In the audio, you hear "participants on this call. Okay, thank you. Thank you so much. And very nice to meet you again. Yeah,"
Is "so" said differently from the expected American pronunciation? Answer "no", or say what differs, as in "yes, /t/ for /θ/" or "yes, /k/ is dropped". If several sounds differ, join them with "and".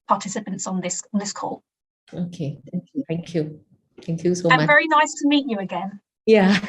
yes, /θ/ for /s/